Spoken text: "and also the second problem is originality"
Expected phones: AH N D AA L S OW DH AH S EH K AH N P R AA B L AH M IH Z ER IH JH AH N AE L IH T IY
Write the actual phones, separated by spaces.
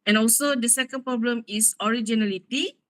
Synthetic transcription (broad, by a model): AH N AA L S OW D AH S EH K AH N P R AA B L AH M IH S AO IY JH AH N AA L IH T IY